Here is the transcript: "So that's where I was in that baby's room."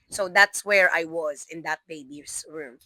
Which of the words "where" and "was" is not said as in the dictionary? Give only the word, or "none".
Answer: none